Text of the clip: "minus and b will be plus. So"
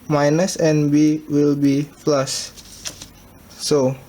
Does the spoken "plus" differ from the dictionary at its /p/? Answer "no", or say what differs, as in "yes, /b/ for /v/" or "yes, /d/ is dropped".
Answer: yes, /f/ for /p/